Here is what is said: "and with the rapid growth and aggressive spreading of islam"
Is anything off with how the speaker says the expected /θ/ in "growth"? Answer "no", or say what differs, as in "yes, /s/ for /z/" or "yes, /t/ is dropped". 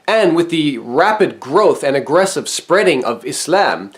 no